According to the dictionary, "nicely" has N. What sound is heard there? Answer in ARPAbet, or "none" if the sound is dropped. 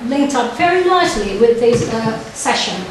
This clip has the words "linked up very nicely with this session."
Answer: L